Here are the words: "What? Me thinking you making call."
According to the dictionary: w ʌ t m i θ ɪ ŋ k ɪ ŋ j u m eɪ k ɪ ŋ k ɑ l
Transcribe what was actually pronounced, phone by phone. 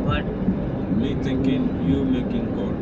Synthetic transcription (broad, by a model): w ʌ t m i t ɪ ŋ k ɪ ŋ j u m eɪ k ɪ ŋ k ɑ